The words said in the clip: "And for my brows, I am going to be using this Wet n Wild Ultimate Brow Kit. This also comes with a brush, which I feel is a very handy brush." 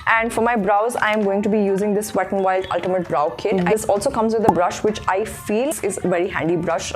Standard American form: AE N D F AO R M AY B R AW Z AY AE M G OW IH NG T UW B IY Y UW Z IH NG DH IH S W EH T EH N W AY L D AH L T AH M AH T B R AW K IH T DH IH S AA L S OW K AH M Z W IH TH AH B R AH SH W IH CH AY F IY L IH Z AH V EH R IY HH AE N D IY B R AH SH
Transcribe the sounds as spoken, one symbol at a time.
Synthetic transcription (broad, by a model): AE N D F AO R M AY B R AW Z AY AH M G OW IH NG T UW B IY Y UW Z IH NG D IH S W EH T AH N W AY L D AH L T AH M AH T B R AW K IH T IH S AA L S OW K AH M Z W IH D AH B R AH SH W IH CH AY F IY L IH Z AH V EH R IY HH AE N D IY B R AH SH